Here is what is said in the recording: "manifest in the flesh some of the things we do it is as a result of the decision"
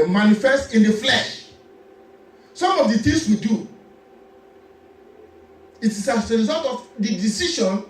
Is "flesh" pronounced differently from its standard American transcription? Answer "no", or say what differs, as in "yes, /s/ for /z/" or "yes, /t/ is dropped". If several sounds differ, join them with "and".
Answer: no